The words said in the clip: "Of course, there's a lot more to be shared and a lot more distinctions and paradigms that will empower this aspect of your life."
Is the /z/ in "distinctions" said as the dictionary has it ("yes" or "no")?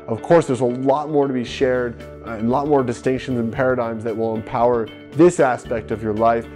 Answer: yes